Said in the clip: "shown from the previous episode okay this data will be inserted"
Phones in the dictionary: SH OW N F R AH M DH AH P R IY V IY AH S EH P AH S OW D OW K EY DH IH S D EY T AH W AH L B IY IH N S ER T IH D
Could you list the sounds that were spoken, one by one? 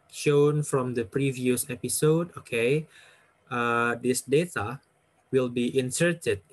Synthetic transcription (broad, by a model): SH OW N F R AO M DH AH P R IY V IY AH S EH P AH S OW D OW K EY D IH S D EY T AH W AH L B IY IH N S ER T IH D